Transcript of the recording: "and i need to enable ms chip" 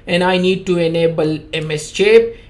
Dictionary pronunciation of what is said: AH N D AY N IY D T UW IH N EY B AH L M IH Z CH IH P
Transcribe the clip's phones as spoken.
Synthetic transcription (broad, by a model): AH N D AY N IY D T UW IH N EY B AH L M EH S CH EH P